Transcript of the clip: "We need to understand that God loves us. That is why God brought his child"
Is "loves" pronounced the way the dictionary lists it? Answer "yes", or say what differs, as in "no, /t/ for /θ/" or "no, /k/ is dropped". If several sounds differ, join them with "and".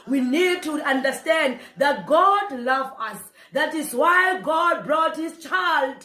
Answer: no, /z/ is dropped